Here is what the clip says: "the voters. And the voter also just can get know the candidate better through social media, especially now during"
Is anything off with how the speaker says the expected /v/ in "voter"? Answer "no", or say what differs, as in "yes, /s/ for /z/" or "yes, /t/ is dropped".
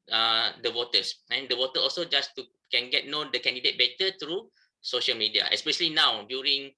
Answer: yes, /w/ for /v/